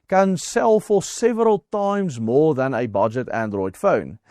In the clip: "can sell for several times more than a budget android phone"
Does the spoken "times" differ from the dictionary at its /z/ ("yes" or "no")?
no